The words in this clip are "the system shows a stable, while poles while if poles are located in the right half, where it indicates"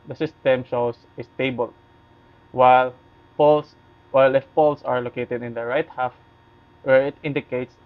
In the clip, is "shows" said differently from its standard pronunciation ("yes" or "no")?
yes